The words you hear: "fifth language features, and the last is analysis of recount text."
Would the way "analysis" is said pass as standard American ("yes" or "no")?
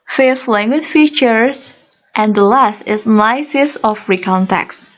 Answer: no